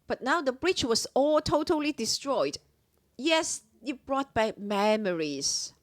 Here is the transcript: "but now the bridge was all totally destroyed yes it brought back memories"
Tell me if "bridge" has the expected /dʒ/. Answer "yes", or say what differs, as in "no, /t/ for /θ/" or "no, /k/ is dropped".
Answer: no, /tʃ/ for /dʒ/